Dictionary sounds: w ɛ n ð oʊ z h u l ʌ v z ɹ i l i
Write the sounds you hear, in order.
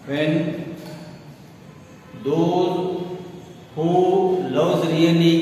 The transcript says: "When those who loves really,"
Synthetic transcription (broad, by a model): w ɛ n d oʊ h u l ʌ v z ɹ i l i